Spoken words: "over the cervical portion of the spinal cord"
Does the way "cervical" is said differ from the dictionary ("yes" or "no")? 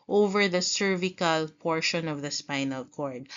no